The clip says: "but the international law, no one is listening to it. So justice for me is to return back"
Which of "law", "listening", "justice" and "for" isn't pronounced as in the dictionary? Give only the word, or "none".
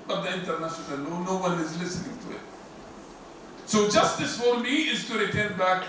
law